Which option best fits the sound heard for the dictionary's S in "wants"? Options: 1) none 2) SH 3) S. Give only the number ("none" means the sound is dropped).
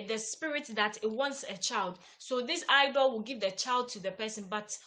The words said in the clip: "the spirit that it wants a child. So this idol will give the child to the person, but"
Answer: 3